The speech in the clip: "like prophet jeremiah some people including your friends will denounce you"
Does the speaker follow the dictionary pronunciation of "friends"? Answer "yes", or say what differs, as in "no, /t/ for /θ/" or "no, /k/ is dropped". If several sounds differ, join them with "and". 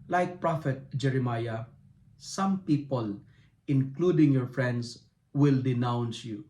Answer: no, /s/ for /z/